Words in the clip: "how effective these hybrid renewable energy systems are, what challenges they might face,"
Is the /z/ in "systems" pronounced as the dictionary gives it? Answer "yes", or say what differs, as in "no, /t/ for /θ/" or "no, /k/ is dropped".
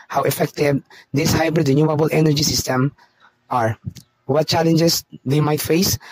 no, /z/ is dropped